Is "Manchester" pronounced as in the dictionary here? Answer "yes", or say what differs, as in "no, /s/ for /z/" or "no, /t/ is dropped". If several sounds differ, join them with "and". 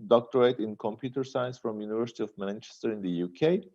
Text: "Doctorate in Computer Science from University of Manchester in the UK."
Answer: yes